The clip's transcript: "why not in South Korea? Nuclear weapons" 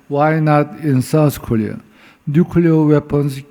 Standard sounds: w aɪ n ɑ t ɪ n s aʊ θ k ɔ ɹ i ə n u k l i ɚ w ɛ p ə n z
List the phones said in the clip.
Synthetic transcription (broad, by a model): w aɪ n ɑ t ɪ n s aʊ s k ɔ l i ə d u k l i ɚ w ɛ p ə n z